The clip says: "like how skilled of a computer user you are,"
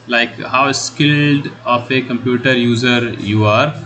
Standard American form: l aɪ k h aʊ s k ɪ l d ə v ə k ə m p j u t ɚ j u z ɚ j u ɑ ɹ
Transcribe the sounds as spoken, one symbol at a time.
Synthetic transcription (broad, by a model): l aɪ k h aʊ s k ɪ l d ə f ə k ə m p j u t ɚ j u z ɚ j u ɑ ɹ